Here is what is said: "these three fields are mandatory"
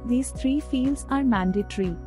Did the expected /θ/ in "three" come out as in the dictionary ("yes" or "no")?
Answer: no